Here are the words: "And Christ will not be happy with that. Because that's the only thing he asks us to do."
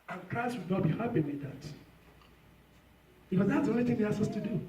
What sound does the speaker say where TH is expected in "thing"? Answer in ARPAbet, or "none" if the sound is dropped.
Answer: TH